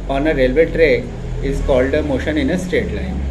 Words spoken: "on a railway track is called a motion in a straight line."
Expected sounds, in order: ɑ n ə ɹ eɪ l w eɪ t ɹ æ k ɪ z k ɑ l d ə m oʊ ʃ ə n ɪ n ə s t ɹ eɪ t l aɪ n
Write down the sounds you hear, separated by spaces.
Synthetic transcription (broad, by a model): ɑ n ə ɹ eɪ l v eɪ t ɹ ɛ ɪ z k ɑ l d ə m oʊ ʃ ə n ɪ n ə s t eɪ t l aɪ n